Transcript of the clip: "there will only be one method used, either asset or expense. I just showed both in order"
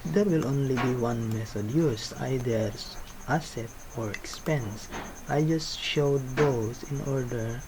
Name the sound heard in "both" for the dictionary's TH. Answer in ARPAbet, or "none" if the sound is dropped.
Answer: S